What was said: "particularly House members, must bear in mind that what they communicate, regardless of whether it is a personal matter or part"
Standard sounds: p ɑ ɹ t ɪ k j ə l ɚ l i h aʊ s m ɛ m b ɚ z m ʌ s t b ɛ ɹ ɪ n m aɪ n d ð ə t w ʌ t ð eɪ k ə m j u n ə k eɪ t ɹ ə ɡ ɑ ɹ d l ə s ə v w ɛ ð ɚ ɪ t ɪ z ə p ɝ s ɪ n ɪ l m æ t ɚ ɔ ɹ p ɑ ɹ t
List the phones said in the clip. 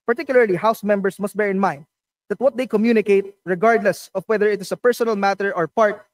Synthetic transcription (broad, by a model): p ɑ ɹ t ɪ k j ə l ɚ l i h aʊ s m ɛ m b ɚ s m ʌ s t b ɛ ɹ ɪ n m aɪ n d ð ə t w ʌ t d eɪ k ə m j u n ə k eɪ t ɹ ə ɡ ɑ ɹ d l ə s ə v w ɛ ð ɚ ɪ t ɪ s ə p ɝ s ɪ n ɪ l m æ t ɚ ɔ ɹ p ɑ ɹ t